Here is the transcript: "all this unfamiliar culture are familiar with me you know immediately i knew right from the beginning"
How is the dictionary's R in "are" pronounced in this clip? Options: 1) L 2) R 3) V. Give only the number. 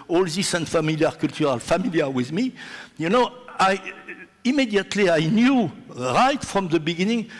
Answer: 1